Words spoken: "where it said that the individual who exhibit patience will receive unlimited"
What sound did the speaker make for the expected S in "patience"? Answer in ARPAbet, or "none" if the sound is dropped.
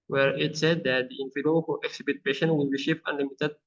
none